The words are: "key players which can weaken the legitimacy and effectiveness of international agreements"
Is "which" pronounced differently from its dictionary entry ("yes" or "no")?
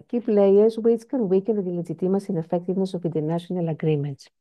yes